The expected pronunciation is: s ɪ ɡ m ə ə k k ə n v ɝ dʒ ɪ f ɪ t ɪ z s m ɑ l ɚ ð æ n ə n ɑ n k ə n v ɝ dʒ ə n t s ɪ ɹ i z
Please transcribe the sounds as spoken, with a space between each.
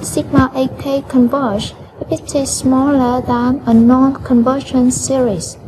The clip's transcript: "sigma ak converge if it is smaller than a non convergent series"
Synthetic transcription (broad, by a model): s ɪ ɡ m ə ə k k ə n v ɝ ʃ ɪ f ɪ t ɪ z s m ɑ l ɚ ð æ n ə n ɑ n k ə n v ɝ ʃ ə n s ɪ ɹ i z